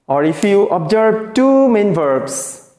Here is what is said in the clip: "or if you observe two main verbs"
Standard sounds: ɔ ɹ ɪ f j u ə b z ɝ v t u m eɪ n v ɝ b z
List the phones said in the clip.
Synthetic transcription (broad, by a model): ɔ ɹ ɪ f j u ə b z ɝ b t u m eɪ n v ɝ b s